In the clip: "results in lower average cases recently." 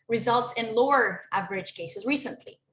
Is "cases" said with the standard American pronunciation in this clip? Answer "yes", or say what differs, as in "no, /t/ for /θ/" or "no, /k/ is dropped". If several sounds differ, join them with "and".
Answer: yes